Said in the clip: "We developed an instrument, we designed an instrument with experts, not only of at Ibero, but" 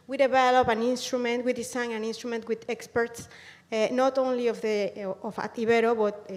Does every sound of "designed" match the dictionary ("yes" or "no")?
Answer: no